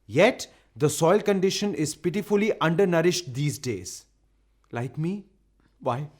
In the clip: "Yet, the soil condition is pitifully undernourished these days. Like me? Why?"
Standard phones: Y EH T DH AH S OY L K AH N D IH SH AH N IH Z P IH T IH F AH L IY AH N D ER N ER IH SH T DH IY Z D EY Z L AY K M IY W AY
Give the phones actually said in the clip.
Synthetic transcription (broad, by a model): Y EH T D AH S OY L K AH N D IH SH AH N IH Z P IH T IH F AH L IY AH N D ER N ER IH SH T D IY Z D EY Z L AY K M IY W AY